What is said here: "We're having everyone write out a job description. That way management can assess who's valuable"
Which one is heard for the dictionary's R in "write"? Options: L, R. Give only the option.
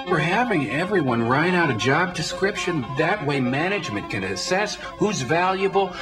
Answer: R